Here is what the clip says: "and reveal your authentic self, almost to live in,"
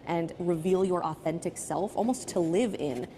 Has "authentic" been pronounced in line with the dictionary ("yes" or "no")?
yes